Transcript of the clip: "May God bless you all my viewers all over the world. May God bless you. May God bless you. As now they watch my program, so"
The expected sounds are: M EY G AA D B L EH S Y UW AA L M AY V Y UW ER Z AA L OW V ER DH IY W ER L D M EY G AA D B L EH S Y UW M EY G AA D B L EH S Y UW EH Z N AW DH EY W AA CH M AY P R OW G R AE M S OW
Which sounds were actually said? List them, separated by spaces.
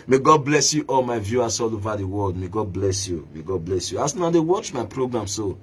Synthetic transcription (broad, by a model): M EY G AA D B L EH S Y UW AA L M AY V Y UW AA S AA L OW V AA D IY W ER L D M EY G AA D B L EH S Y UW M EY G AA D B L EH S Y UW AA S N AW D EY W AA CH M AY P R OW G R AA M S OW